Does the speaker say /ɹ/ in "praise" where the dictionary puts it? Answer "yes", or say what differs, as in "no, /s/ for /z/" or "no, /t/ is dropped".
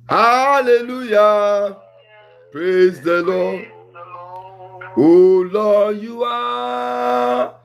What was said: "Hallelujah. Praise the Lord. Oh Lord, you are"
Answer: yes